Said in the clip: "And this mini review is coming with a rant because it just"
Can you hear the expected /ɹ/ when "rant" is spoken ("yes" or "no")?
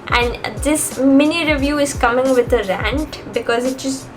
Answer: yes